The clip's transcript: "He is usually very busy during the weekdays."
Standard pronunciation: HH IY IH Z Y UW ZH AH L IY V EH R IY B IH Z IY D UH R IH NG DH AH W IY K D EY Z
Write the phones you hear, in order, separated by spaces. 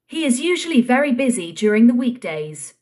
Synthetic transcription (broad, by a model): HH IY IH Z Y UW ZH AH L IY V EH R IY B IH Z IY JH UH R IH NG DH AH W IY K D EY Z